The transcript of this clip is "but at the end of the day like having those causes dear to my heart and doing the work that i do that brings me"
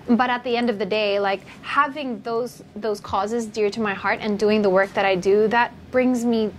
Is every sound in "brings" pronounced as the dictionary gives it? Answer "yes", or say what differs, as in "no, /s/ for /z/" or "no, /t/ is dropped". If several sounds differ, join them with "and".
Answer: yes